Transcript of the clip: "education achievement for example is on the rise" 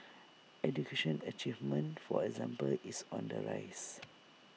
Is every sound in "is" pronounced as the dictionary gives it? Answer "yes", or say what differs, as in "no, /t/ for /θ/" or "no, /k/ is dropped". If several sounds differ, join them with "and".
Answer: no, /s/ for /z/